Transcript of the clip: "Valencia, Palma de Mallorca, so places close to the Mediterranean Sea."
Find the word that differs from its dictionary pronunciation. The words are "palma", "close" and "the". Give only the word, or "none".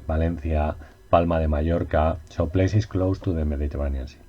none